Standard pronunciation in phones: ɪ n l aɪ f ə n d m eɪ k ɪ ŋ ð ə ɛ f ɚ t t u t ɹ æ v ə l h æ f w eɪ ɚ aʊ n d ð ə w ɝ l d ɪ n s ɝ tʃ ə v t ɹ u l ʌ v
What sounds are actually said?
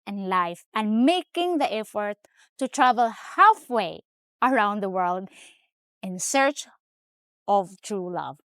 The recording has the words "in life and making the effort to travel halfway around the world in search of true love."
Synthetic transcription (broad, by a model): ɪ n l aɪ f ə n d m eɪ k ɪ ŋ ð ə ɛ f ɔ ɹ t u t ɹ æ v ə l h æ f w eɪ ɚ aʊ n d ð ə w ɝ l d ɪ n s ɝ tʃ ə v t ɹ u l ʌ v